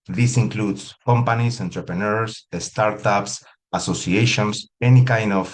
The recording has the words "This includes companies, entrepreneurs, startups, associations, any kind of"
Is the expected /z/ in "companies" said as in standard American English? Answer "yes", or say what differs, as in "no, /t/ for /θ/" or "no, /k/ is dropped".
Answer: no, /s/ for /z/